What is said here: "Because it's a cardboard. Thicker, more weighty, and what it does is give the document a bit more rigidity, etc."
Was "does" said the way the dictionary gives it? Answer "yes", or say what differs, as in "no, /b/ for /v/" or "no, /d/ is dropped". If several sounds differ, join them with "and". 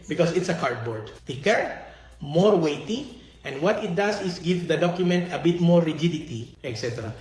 no, /s/ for /z/